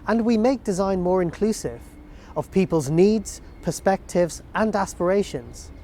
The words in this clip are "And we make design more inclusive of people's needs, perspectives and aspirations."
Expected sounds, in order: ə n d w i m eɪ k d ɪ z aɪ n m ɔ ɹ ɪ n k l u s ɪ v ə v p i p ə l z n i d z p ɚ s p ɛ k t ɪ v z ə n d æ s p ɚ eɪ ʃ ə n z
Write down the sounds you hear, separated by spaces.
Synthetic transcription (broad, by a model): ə n w i m eɪ k d ɪ z aɪ n m ɔ ɹ ɪ n k l u s ɪ v ə v p i p ə l z n i d z p ɚ s p ɛ k t ɪ v z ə n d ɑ s p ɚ eɪ ʃ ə n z